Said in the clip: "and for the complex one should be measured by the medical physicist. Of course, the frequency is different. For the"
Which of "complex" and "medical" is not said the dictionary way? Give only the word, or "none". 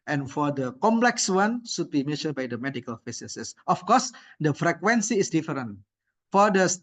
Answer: none